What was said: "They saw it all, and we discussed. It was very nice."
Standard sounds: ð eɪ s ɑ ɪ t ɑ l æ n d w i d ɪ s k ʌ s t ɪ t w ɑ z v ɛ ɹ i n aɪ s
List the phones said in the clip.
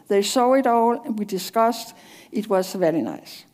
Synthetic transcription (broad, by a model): ð eɪ s ɑ ɪ t ɑ l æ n w i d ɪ s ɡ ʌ s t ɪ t w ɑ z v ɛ l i n aɪ s